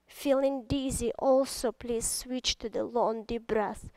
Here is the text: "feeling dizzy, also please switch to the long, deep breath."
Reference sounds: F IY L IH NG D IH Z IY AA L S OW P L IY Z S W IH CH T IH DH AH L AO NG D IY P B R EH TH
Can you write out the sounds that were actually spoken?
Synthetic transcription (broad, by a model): F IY L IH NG D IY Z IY AA L S OW P L IY Z S W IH CH T IH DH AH L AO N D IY B R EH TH